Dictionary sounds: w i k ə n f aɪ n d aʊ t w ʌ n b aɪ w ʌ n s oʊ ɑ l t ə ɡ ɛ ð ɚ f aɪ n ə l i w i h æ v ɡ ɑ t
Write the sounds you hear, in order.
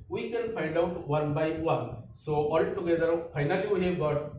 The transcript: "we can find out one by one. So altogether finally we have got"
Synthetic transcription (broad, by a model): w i k ə n p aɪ n d aʊ t w ʌ n b aɪ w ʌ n s oʊ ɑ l t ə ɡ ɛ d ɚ p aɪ n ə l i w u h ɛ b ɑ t